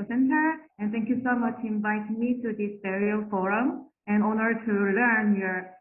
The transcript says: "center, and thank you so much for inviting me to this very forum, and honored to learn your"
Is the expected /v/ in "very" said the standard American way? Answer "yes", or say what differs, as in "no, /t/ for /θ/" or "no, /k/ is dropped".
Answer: no, /b/ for /v/